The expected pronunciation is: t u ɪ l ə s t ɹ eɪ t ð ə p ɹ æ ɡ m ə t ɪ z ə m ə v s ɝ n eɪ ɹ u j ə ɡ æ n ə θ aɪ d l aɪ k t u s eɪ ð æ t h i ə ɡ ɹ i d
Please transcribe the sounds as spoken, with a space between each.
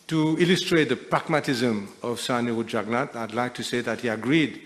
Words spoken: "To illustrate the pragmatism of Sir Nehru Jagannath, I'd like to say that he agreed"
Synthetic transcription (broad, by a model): t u ɪ l ə s t ɹ eɪ t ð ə p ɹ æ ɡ m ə t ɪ z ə m ə v s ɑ n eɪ u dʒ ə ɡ n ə t aɪ d l aɪ k t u s eɪ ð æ t h i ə ɡ ɹ i d